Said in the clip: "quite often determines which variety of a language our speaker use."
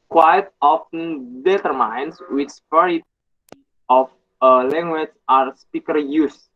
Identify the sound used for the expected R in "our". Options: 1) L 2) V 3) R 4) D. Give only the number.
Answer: 3